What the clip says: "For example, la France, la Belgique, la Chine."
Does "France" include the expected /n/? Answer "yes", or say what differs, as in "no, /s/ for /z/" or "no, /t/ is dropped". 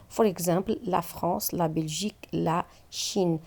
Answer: no, /n/ is dropped